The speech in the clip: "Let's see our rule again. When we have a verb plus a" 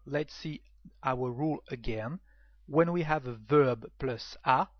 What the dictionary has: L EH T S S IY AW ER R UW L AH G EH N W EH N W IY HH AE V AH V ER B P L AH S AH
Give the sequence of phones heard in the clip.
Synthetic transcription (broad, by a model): L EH T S S IY AW ER R UW L AH G EH N W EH N W IY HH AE V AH V ER B P L AH S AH